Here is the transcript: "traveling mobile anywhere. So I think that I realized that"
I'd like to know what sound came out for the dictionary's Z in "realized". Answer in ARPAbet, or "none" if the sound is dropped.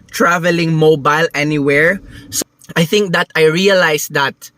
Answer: S